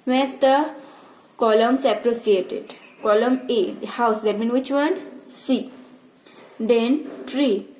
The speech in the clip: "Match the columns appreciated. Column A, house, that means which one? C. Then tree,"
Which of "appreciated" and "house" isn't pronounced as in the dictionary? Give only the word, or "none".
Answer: appreciated